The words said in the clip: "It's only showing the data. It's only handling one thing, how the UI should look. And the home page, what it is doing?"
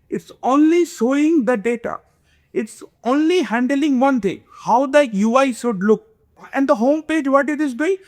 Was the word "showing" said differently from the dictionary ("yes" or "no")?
yes